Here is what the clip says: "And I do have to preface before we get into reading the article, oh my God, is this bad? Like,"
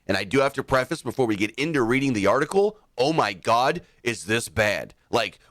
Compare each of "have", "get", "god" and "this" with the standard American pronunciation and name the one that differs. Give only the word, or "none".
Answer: have